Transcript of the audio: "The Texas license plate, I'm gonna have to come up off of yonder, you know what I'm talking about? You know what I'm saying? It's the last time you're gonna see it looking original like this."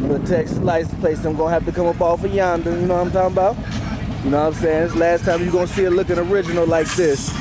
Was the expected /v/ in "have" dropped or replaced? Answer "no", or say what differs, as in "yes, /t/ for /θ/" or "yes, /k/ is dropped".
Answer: yes, /p/ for /v/